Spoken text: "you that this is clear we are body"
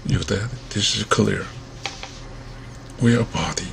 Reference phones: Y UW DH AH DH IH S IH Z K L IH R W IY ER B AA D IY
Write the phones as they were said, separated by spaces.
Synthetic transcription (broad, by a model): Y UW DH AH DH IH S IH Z K L IH R W IY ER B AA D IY